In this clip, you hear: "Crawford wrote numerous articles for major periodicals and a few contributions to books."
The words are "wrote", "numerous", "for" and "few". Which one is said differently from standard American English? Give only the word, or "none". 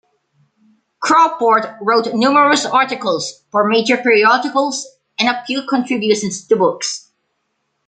few